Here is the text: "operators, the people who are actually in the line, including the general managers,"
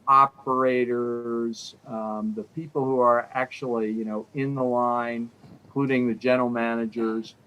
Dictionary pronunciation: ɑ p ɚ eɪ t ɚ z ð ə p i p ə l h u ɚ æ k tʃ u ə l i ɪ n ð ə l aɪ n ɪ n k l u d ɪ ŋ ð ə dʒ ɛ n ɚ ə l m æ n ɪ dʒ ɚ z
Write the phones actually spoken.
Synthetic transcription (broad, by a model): ɑ p ɚ eɪ t ɚ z ð ə p i p l h u ɚ æ k tʃ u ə n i ɪ n ð ə l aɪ ɪ n k l u d ɪ ŋ ð ə dʒ ɛ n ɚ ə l m æ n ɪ dʒ ɚ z